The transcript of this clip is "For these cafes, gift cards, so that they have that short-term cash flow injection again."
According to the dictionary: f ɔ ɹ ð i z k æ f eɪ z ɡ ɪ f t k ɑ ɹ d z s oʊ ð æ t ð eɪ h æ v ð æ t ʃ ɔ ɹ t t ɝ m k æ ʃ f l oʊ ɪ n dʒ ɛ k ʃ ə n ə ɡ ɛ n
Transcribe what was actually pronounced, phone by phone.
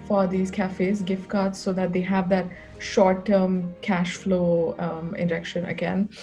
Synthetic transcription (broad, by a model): f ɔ ɹ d i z k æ f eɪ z ɡ ɪ f t k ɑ ɹ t s oʊ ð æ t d eɪ h æ v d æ t ʃ ɔ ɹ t t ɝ m k æ ʃ f l oʊ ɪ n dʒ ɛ k ʃ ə n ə ɡ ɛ n